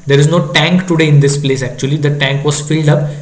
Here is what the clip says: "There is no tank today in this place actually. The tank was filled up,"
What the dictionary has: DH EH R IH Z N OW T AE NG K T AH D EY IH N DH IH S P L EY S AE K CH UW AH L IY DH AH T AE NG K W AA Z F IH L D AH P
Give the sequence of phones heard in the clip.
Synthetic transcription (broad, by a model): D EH R IH Z N OW T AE NG K T AH D EY IH N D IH S P L EY S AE K CH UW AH L IY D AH T AE NG K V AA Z F IH L D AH P